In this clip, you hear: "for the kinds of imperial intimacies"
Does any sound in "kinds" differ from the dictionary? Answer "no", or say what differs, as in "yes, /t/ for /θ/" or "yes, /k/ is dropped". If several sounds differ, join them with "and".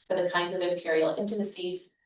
no